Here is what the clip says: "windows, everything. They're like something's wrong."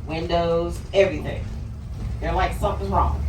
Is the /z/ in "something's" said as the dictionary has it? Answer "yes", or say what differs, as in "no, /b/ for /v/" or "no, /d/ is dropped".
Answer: no, /z/ is dropped